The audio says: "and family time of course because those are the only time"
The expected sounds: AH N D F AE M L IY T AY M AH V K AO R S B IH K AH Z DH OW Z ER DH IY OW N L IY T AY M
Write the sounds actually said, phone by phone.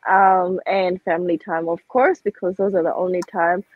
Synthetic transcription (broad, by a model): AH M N F AE M L IY T AY M AH V K AO R S B IH K AH Z DH OW Z ER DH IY OW N L IY T AY M